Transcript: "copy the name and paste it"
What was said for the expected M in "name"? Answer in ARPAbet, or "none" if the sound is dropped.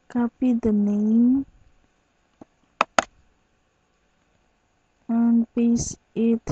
none